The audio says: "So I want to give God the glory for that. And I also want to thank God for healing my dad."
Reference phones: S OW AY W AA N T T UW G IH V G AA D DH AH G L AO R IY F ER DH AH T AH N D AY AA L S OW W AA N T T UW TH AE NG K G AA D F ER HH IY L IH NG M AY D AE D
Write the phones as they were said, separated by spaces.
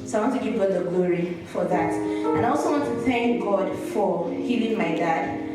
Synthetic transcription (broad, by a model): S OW AY W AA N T T UW G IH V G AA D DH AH G L AO R IY F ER DH AH T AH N AY AA L S OW W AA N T T UW TH AE NG K G AA D F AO HH IY L IH NG M AY D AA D